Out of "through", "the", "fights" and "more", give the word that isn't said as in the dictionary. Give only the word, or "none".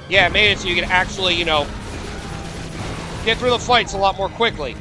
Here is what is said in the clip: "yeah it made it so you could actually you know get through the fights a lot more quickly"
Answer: none